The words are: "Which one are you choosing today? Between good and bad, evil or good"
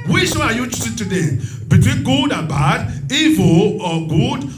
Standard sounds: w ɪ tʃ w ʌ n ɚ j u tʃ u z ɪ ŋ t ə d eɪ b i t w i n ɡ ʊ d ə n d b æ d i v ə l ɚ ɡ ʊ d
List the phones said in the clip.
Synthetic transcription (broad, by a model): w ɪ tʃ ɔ ɑ j u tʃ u s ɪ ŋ t ə d eɪ b i t w i n ɡ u d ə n b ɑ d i v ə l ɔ ɡ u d